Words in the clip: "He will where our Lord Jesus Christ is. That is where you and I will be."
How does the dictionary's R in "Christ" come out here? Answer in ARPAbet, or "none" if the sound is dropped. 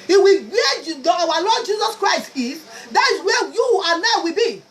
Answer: R